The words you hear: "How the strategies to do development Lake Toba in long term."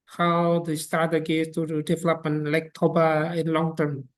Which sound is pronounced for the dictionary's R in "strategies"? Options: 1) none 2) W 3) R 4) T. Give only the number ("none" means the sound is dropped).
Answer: 1